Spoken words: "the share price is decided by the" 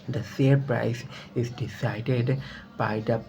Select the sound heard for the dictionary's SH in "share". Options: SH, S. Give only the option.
S